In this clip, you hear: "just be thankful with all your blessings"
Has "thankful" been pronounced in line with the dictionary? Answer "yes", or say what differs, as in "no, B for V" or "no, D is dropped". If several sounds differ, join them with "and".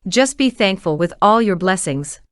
yes